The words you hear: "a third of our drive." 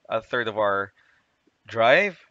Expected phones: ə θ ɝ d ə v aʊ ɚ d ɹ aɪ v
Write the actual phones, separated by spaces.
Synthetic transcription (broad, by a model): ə θ ɝ d ə v aʊ ɚ d ɹ aɪ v